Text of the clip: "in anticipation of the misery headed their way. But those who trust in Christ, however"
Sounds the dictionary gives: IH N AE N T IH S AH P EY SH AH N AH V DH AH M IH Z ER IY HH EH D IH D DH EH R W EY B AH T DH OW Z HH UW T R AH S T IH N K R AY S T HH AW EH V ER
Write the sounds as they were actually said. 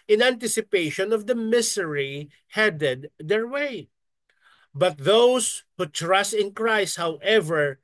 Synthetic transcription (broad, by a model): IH N AE N T IH S AH P EY SH AH N AH V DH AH M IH S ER IY HH EH D IH D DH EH R W EY B AH T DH OW S HH UW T R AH S T IH N K R AY S T HH AW EH V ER